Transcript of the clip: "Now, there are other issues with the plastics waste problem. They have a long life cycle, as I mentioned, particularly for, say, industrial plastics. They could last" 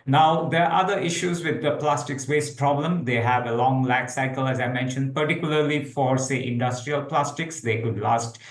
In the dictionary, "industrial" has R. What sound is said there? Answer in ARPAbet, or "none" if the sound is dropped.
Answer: R